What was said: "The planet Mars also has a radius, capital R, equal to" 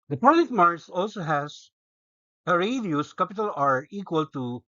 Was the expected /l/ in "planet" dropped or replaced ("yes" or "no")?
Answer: yes